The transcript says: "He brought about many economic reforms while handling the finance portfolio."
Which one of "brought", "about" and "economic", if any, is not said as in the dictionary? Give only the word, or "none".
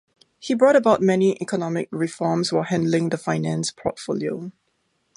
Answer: none